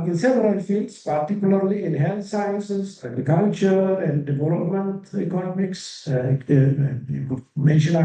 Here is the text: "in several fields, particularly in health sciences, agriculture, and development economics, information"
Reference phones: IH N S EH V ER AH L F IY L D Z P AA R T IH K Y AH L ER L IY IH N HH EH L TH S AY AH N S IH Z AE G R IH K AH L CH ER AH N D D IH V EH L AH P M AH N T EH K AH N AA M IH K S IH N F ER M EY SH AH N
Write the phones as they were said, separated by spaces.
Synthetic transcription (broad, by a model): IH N S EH P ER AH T F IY L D S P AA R T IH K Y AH L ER L IY IH N HH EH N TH S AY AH N S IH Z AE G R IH K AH L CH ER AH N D D IH V EH L AH P M AH N T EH K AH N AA M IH K S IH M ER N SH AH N